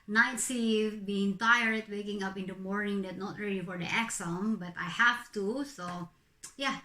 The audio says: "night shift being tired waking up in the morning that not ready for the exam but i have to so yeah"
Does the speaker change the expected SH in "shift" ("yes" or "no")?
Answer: yes